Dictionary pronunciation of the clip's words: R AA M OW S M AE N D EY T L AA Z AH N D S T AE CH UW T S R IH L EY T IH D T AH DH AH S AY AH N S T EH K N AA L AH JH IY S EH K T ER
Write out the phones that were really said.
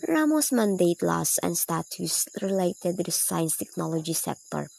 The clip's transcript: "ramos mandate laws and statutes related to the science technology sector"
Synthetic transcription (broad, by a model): R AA M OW S M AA N D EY T L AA S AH N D S T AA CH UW S R IH L EY T IH D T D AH S AY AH N S T EH K N AA L AH JH IY S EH K T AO